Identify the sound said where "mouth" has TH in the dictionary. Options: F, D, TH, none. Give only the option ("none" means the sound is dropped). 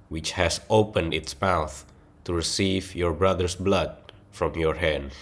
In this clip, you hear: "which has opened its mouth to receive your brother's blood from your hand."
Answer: TH